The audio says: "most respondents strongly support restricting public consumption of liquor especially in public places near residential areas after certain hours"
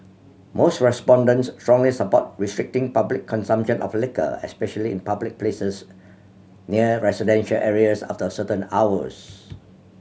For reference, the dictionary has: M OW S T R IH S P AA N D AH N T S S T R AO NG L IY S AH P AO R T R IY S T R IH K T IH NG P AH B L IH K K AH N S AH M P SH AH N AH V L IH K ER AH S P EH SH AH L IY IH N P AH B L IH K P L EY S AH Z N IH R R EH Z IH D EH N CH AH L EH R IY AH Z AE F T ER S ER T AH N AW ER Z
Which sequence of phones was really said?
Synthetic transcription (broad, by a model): M OW S T R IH S P AA N D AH N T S S T R AO NG L IY S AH P AO T R IY S T R IH K T IH NG P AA B L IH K K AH N S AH M P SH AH N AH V L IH K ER AH S P EH SH AH L IY IH N P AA B L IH K P L EY S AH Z N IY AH R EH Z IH D EH N SH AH L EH R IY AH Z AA F T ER S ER T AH N AW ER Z